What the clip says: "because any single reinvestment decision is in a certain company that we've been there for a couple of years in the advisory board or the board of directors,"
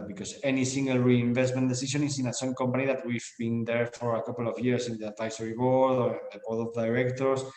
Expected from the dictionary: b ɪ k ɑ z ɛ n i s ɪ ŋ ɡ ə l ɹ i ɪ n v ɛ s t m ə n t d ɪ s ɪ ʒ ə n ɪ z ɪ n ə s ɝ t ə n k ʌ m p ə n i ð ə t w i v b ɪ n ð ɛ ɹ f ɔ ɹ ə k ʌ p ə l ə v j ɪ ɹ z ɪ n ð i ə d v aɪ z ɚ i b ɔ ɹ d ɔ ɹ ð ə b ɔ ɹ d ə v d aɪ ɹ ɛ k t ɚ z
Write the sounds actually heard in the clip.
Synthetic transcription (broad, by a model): b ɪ k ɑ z ɛ n i s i ŋ ɡ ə l ɹ i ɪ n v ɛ s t m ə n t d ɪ s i ʃ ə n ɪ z ɪ n ə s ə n k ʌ m p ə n i ð ə t w i v b ɪ n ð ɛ ɹ f ɔ ɹ ə k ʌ p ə l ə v j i ɹ s ɪ n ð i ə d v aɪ s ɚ i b ɔ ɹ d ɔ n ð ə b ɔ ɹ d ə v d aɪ ɹ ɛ k t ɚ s